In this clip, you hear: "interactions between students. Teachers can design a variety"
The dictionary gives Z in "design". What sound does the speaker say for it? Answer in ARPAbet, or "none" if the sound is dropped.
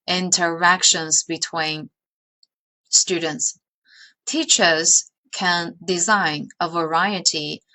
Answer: Z